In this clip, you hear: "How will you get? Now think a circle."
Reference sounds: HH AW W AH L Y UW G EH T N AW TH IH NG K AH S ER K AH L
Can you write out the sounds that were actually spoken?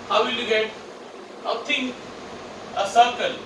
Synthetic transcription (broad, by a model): HH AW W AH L Y UW G EH T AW T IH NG AH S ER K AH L